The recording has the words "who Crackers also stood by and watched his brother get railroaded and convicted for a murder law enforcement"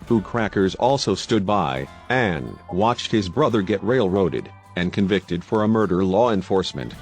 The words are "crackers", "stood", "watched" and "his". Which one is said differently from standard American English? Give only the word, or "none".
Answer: none